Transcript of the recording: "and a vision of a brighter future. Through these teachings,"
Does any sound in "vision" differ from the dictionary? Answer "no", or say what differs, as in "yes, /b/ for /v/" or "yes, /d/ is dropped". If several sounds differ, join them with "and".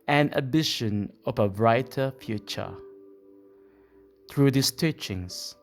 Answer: yes, /ʃ/ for /ʒ/